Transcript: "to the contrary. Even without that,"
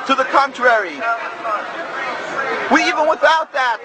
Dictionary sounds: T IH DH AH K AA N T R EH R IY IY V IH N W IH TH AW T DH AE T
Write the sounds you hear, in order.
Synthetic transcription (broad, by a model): T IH DH AH K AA N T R EH R IY IY V IH N W IH TH AW T DH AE T